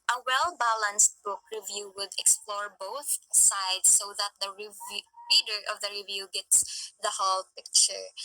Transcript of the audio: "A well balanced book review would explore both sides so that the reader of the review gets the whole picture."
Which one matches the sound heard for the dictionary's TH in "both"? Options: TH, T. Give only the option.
TH